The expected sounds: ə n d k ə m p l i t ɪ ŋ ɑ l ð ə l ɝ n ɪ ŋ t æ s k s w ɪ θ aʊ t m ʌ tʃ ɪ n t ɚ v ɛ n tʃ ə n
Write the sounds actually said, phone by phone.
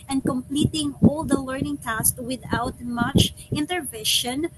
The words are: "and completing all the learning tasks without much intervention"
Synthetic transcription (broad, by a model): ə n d k ə m p l i t ɪ ŋ ɑ l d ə l ɝ n ɪ ŋ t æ s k w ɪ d aʊ t m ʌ tʃ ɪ n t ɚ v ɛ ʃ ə n